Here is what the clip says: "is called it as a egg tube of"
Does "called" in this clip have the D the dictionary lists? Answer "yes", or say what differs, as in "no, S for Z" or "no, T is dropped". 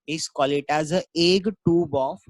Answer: no, D is dropped